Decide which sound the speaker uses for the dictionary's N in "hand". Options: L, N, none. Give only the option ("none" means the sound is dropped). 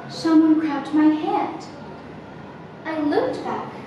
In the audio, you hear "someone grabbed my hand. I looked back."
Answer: none